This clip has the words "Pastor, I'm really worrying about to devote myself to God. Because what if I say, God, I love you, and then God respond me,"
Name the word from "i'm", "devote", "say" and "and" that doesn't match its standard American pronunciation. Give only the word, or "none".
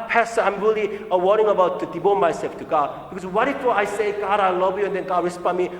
devote